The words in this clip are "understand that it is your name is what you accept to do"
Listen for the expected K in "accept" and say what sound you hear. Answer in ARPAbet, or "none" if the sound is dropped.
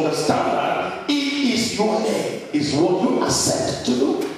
none